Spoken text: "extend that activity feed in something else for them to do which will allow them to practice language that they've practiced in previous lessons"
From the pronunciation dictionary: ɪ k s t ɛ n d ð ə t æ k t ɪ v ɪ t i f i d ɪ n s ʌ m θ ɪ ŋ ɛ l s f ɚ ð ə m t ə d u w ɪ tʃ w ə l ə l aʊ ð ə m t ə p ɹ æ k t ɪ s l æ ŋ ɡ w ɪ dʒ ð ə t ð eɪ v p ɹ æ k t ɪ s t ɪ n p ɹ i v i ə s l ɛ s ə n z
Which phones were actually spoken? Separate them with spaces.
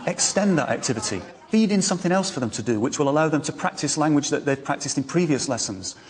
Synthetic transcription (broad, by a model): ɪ k s t ɛ n ð ə t æ k t ɪ v ɪ t i f i d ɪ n s ʌ m θ ɪ ŋ ɛ l s f ɚ ð ə m t ə d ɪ w ɪ tʃ w ə l ə l aʊ ð ə m t ə p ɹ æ k t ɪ s l æ ŋ ɡ w ɪ dʒ ð ə t ð eɪ v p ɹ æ k t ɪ s t ɪ n p ɹ i v i ə s l ɛ s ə n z